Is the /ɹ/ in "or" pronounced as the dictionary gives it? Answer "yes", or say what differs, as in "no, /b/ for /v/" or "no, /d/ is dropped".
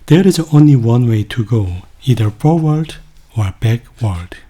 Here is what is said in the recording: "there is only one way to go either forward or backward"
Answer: yes